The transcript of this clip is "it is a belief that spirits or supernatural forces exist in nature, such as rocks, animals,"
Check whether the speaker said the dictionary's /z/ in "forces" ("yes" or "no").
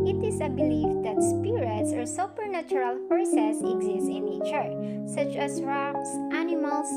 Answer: no